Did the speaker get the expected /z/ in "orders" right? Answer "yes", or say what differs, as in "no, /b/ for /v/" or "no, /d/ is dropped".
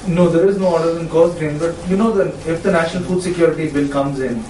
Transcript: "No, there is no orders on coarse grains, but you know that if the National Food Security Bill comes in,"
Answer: no, /z/ is dropped